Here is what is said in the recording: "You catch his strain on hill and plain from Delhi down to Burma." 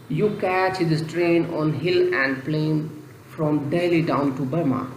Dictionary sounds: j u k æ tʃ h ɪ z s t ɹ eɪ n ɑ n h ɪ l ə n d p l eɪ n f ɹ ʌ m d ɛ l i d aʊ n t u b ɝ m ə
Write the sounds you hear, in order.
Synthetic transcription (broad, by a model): j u k æ tʃ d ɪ s t ɹ eɪ n ɑ n h ɪ l ə n d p l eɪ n f ɹ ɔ m d ɛ l i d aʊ n t u b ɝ m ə